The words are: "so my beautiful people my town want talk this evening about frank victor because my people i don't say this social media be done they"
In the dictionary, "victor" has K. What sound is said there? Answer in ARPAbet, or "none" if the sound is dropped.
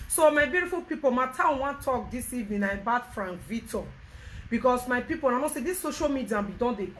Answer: none